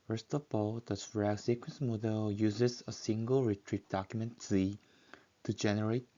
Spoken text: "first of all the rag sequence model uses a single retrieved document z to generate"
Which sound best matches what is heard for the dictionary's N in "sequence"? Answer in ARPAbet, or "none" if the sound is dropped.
N